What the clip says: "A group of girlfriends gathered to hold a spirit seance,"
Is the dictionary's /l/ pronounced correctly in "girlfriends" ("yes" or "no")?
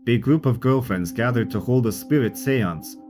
yes